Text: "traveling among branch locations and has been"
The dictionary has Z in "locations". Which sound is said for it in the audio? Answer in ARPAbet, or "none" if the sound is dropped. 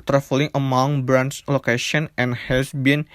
none